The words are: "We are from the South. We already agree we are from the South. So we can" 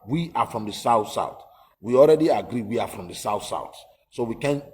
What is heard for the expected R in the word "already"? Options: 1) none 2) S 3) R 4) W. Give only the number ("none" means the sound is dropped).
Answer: 3